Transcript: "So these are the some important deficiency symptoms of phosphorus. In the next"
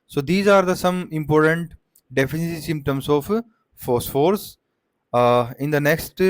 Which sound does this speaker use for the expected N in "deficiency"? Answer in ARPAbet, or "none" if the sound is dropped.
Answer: none